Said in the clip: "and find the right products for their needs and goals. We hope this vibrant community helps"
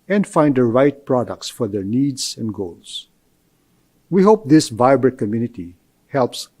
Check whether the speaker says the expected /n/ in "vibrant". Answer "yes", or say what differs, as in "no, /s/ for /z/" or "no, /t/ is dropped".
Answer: no, /n/ is dropped